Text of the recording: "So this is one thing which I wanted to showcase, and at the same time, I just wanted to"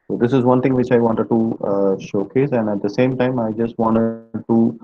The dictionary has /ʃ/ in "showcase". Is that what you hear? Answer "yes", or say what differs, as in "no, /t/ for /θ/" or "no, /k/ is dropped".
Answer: yes